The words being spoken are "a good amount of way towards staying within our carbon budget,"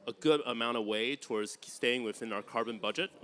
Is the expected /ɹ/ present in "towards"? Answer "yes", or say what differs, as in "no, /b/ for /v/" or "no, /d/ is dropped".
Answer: yes